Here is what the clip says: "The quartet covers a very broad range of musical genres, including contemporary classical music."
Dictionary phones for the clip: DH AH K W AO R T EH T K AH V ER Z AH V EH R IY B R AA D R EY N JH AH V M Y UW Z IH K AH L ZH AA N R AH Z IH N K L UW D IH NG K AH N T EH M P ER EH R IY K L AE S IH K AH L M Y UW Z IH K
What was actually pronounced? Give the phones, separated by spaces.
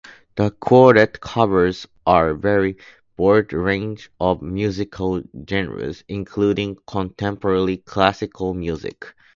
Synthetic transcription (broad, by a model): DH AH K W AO R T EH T K AH V ER Z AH V EH R IY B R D R EY N JH AH V M Y UW Z IH K AH L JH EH N R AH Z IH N K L UW D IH NG K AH N T EH M P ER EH L IY K L AE S IH K AH L M Y UW Z IH K